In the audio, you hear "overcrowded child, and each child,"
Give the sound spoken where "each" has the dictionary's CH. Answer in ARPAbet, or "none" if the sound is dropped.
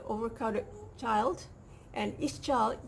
S